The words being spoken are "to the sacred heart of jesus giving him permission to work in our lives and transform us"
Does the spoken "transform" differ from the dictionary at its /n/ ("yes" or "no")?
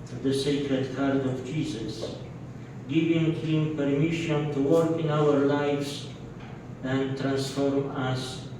no